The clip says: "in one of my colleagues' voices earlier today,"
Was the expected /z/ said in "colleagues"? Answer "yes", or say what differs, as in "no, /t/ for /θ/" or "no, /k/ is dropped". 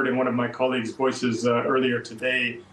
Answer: yes